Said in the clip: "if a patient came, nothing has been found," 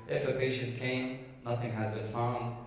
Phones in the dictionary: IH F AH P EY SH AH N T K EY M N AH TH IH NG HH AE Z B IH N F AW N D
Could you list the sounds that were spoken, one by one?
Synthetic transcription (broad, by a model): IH F AH P EY SH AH N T K EY M N AH TH IH NG HH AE Z B IH N F AW N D